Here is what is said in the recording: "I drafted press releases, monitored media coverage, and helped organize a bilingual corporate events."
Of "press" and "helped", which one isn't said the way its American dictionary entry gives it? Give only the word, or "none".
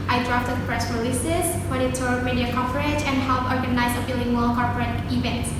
helped